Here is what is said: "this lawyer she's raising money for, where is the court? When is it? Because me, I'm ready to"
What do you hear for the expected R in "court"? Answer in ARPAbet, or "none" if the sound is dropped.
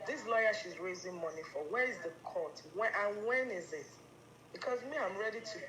W